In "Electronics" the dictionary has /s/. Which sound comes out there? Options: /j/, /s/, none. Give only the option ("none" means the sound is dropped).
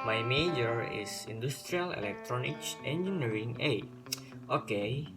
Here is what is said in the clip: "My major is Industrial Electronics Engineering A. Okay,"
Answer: none